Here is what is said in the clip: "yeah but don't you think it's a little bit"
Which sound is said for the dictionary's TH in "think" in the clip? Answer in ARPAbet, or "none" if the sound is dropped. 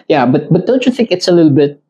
TH